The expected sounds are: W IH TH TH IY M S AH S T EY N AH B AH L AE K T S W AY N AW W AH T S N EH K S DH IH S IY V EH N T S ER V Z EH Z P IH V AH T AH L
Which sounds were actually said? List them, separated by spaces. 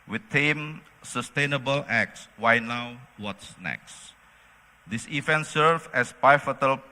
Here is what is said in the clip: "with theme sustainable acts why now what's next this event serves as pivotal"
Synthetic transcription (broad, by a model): W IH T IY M S AH S T EY N AH B AH L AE K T S W AY N AW W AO T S N EH K S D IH S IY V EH N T S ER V EH S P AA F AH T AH L